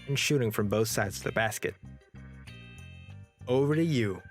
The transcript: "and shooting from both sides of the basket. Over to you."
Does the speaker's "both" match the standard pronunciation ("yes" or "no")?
yes